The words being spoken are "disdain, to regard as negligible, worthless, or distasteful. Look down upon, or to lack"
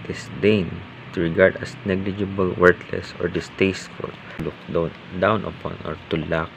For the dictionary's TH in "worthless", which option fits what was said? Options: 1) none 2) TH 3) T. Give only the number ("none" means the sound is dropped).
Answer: 3